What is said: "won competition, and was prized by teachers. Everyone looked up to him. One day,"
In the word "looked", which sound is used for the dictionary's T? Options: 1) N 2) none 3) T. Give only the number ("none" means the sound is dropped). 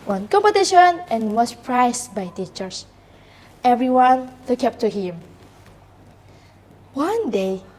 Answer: 2